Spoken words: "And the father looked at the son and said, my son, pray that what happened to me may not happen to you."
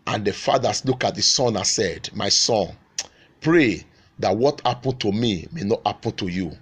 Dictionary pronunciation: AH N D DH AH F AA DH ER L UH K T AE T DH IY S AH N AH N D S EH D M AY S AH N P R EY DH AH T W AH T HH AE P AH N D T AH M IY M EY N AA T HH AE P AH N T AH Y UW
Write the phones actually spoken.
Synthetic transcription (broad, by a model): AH N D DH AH F AA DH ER L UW K AA T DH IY S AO N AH N S EH D M AY S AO N P R EY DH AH T W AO T HH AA P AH N T AH M IY M EY N AA T HH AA P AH N T AH Y UW